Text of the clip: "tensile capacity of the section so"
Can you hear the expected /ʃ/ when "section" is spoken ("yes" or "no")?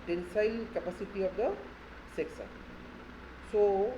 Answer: no